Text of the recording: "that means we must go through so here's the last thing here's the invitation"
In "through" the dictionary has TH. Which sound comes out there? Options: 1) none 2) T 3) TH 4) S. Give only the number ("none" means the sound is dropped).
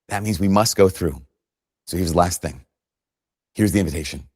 3